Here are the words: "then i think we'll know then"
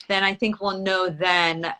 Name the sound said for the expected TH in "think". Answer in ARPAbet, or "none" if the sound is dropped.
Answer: TH